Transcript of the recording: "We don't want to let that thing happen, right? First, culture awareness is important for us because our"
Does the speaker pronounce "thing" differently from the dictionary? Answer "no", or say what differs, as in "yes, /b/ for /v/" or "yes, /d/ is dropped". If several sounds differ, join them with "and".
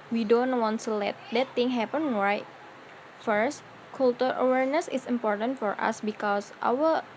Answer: yes, /t/ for /θ/